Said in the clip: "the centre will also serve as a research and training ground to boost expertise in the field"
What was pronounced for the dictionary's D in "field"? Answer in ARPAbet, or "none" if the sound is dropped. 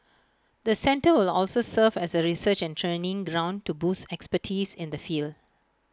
D